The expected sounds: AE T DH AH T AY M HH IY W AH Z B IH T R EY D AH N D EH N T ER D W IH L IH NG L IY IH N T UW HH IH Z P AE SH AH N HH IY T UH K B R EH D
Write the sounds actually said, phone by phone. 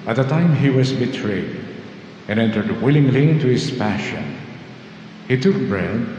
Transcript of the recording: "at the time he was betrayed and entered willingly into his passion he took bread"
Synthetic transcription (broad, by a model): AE T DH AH T AY M HH IY W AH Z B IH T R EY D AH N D EH N T ER D W IH L IH NG L IY IH N T UW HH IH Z P AE SH AH N HH IY T UH K B R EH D